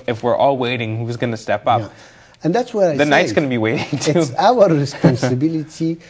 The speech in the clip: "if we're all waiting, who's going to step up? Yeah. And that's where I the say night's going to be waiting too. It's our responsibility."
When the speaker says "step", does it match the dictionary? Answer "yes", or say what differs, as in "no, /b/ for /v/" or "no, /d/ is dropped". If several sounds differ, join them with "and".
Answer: yes